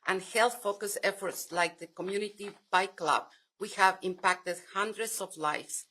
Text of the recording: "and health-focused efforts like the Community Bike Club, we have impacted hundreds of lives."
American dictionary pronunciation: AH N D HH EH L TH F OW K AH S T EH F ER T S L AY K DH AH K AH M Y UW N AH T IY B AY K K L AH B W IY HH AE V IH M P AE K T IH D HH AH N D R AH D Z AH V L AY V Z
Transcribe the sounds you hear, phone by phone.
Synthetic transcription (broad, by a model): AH N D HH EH L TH F OW K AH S EH F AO T S L AY K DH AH K AH M Y UW N AH T IY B AY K K L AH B W IY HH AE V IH M P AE K T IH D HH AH N D R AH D S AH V L AY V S